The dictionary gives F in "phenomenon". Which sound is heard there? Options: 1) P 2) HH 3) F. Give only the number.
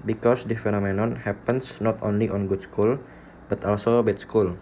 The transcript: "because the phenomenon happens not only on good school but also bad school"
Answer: 3